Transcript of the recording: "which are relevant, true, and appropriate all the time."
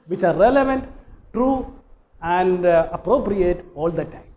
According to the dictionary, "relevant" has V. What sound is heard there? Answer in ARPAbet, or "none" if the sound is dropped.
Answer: V